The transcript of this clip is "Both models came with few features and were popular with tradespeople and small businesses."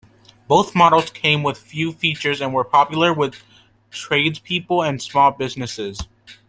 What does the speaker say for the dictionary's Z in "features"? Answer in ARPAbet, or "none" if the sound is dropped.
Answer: Z